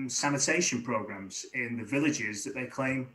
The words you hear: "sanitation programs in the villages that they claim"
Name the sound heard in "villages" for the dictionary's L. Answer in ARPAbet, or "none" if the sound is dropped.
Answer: L